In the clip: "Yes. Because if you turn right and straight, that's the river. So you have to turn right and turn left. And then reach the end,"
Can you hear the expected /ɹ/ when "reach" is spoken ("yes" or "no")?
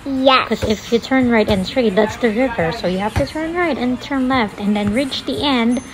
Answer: yes